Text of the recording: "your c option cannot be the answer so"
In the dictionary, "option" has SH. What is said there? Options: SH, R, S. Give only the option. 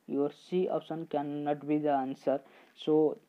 S